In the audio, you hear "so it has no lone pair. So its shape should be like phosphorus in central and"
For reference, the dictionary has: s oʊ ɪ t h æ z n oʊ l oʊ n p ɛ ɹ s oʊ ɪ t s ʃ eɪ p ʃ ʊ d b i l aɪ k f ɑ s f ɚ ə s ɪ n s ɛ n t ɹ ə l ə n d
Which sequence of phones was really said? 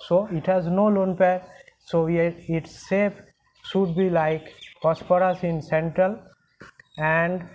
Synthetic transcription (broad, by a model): s oʊ ɪ t h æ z n oʊ l oʊ n p ɛ ɹ s oʊ ɪ t s s eɪ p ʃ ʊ d b i l aɪ k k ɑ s p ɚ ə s ɪ n s ɛ n t ɹ ə l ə n d